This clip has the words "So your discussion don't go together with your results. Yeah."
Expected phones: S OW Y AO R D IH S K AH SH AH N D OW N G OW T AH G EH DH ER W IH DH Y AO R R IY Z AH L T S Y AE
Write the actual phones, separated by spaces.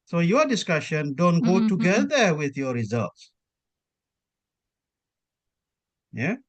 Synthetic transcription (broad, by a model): S OW Y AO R D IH S K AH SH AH N D OW N G OW T AH G EH DH ER W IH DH Y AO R R IY Z AH L T S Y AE